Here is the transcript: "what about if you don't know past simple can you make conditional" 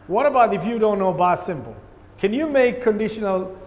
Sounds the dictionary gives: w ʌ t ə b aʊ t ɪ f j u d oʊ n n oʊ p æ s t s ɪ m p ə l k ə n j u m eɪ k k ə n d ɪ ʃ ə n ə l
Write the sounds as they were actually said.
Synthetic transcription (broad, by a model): w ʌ t ə b aʊ t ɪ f j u d oʊ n n oʊ b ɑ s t s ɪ m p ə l k ə n j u m eɪ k k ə n d ɪ ʃ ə n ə l